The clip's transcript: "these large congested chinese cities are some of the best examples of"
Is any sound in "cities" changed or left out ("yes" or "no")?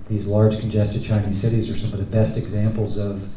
no